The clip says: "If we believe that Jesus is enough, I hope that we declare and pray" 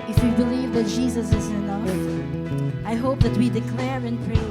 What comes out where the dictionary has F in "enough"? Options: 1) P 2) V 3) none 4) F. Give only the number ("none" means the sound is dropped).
3